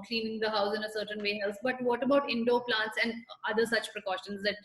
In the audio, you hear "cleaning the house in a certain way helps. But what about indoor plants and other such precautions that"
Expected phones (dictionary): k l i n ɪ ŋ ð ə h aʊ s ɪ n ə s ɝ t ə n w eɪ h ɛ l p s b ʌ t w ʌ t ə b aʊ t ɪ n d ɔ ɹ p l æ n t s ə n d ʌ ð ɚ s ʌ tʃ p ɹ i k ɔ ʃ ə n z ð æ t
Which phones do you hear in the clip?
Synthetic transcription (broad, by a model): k l i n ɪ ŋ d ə h aʊ s ɪ n ə s ɝ t ə n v eɪ h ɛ l s b ʌ t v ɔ t ə b aʊ t ɪ n d ɔ p l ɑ n t s ə n d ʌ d ɚ s ʌ tʃ p ɹ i k ɔ ʃ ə n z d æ t